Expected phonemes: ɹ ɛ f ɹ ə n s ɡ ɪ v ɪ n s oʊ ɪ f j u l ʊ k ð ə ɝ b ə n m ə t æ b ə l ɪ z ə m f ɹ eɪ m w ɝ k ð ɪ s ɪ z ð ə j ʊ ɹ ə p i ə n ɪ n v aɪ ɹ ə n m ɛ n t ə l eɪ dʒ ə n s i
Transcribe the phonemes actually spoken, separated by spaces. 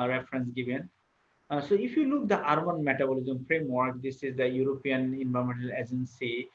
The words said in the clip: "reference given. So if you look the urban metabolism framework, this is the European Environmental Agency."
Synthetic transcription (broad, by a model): ɹ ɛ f ɹ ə n s ɡ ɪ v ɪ n s oʊ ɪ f j u l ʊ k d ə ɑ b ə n m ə t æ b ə l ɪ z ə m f ɹ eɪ m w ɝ k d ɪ s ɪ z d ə j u ɹ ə p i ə n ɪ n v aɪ ə m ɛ n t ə l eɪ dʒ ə n s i